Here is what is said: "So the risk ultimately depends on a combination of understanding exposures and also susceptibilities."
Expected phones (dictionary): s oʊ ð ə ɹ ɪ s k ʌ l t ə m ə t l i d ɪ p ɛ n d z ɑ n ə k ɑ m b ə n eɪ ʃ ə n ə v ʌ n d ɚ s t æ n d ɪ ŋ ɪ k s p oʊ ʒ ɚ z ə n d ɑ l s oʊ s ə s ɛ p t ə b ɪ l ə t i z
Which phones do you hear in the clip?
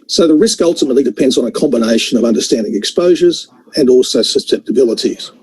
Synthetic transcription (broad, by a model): s oʊ ð ə ɹ ɪ s k ʌ l t ə m ə t l i d ɪ p ɛ n d z n ə k ɑ m b ə n eɪ ʃ ə n ə v ʌ n d ɚ s t æ n d ɪ ŋ ɪ k s p oʊ ʒ ɚ z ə n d ɑ l s oʊ s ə s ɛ p t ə b ɪ l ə t i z